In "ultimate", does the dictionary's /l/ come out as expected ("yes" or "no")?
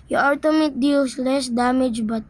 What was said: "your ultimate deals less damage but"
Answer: no